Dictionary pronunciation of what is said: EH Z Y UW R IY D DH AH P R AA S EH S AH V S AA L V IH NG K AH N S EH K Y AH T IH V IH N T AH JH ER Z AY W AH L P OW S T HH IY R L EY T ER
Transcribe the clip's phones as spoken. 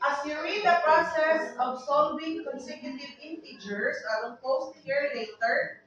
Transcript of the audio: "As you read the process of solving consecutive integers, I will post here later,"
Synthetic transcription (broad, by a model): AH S Y UW R IY D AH P R AA S EH S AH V S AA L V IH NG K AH N S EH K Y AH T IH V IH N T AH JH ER S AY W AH N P OW S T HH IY R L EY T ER